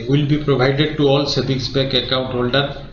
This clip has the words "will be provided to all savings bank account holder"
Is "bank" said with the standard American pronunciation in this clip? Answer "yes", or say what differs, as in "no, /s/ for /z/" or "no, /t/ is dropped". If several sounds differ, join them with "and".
no, /ŋ/ is dropped